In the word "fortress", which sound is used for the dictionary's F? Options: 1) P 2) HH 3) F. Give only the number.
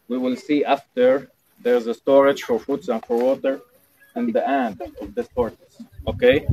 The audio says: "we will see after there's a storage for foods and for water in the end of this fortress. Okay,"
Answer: 1